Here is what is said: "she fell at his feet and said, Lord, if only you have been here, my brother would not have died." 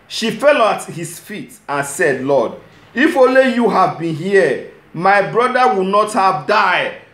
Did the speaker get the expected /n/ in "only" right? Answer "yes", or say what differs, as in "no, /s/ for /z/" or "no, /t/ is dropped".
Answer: no, /n/ is dropped